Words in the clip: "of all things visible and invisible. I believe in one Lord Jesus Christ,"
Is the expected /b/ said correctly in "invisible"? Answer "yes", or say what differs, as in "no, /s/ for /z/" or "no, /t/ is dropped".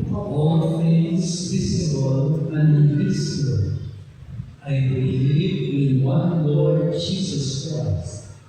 no, /b/ is dropped